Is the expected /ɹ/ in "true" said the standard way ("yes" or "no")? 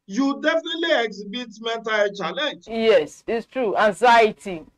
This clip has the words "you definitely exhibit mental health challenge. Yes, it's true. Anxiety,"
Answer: yes